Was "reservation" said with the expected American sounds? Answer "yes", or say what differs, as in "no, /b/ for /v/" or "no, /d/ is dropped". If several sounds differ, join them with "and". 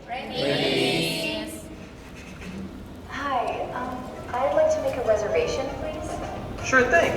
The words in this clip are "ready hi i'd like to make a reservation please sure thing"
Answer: yes